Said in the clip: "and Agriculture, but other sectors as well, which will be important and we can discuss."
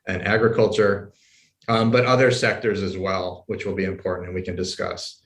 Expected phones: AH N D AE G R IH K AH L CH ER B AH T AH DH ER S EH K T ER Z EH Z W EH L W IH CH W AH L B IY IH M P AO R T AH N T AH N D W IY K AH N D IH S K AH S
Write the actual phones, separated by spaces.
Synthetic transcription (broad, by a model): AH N AE G R IH K AH L CH ER B AH T AH DH ER S EH K T ER Z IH Z W EH L W IH CH W AH L B IY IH M P AO R T N T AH N W IY K AH N D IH S K AH S